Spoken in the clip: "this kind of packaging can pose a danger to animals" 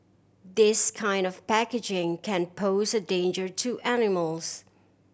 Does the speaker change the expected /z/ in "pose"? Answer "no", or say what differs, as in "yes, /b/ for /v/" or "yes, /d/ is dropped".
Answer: no